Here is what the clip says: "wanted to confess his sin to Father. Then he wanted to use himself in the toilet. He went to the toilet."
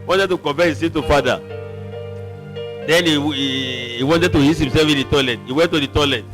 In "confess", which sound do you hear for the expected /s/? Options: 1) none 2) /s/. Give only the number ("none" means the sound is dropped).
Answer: 1